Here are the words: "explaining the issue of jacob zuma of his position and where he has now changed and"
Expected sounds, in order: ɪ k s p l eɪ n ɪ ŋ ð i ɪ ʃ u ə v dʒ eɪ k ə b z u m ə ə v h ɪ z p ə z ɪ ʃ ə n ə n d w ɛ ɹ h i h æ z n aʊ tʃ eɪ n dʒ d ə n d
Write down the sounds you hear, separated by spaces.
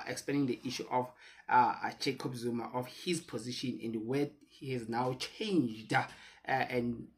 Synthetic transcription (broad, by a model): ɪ k s p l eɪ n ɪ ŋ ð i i ʃ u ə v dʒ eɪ k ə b z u m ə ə f h ɪ z p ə z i ʃ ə n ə n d w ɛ h i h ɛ z n aʊ tʃ eɪ n dʒ d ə n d